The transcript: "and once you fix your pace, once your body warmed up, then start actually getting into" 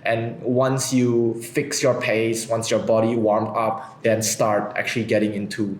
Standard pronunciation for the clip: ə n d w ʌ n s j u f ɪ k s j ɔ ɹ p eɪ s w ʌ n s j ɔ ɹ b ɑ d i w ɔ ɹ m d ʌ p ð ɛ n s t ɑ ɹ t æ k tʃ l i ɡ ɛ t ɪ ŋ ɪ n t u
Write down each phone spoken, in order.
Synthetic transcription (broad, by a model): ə n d w ʌ n s j u f ɪ k s j ɔ ɹ p eɪ s w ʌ n s j ɔ ɹ b ɑ d i w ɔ ɹ m ʌ p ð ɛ n s t ɑ ɹ t æ k tʃ l i ɡ ɛ t ɪ ŋ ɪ n t u